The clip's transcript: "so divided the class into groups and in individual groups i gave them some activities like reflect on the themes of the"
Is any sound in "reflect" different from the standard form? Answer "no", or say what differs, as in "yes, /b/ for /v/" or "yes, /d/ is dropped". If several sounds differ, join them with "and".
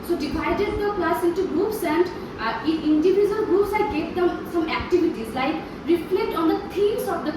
no